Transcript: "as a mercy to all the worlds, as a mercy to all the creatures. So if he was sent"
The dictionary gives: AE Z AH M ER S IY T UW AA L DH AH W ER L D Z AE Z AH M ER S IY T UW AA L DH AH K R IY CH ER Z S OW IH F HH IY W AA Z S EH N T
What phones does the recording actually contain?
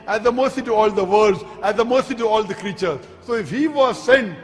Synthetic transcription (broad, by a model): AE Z AH M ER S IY T UW AA L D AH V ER D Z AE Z AH M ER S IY T UW AA L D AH K R IY CH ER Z S OW IH F HH IY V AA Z S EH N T